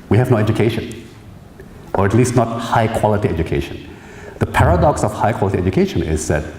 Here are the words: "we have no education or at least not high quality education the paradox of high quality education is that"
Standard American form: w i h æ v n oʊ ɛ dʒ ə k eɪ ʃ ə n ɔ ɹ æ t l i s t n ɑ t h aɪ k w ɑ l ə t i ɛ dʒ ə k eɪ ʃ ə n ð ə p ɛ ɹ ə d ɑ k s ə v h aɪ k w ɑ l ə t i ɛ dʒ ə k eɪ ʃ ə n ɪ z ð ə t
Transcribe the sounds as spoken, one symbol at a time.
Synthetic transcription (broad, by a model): w i h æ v n oʊ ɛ dʒ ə k eɪ ʃ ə n ɔ ɹ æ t l i s t n ɑ t h aɪ k w ɑ l ə t i ɛ dʒ ə k eɪ ʃ ə n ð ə p ɛ ɹ ə d ɑ k s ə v h aɪ k w ɑ l ə t i ɛ dʒ ə k eɪ ʃ ə n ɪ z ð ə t